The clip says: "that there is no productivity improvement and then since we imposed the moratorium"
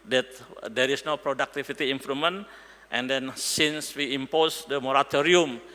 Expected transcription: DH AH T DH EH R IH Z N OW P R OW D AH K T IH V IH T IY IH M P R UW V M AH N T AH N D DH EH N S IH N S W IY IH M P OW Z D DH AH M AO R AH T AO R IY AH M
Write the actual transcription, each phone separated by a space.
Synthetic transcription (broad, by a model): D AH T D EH R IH S N OW P R OW D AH K T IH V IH T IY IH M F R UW M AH N T AH N D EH N S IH N S W IY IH M P OW S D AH M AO R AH T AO R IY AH M